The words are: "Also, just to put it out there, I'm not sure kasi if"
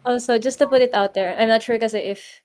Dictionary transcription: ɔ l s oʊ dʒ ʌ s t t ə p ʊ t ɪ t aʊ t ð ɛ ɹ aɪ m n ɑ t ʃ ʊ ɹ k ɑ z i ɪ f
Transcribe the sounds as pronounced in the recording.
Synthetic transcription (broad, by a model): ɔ s oʊ dʒ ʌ s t t ə p ʊ t ɪ t aʊ t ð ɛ ɹ aɪ m n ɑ t ʃ ʊ ɹ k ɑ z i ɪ f